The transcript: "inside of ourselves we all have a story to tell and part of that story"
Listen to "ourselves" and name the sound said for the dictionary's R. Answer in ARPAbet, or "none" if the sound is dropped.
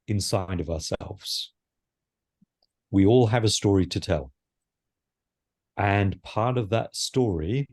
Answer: R